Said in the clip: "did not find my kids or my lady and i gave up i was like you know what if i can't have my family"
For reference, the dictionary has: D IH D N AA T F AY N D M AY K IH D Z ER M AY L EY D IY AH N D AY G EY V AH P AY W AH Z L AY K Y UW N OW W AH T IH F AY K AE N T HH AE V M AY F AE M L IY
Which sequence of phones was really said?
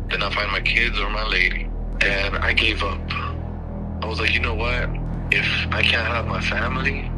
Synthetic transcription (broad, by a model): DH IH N AA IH F AY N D M AY K IH D Z ER M AY L EY D IY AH N AY G EY V AH P AY W AH Z L AY K Y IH N OW W AH T IH F AY K AE N T HH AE V M AY F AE M L IY